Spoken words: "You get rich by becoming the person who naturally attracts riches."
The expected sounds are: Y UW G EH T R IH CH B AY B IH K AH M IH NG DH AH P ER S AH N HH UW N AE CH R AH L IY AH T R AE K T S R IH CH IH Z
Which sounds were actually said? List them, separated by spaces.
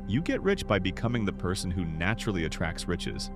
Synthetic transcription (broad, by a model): Y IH G EH T R IH CH B AY B IH K AH M IH NG DH AH P ER S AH N HH UW N AE CH R L IY AH T R AE K T S R IH CH IH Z